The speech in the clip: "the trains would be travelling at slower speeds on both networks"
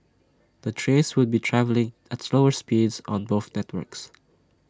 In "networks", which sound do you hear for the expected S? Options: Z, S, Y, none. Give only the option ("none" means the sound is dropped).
S